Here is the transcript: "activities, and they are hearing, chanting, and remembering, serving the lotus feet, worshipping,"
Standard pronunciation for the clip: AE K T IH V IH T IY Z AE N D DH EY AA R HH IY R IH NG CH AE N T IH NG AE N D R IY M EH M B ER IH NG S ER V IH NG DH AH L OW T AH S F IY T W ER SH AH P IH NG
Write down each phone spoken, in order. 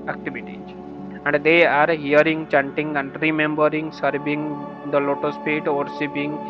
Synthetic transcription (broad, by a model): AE K T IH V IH T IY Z AE N D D EY AA R HH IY R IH NG CH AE N T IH NG AE N D R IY M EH M B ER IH NG S ER V IH NG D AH L OW T AH S P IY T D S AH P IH NG